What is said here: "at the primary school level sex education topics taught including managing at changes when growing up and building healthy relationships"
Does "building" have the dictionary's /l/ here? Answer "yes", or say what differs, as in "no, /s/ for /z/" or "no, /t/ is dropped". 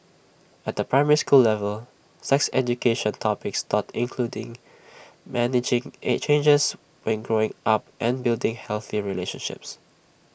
yes